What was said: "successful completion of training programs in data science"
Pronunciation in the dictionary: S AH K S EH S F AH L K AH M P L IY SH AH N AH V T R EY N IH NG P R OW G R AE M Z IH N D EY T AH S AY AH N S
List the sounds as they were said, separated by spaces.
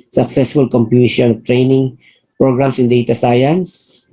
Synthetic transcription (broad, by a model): S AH K S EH S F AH L K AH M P IY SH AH N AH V T R EY N IH NG P R OW G R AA M S IH N D EY T AH S AY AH N S